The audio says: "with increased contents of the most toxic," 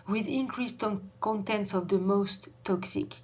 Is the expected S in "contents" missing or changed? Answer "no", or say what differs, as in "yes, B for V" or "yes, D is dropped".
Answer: no